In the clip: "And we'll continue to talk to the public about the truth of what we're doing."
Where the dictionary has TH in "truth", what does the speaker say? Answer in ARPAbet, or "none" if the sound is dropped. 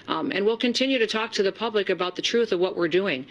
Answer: TH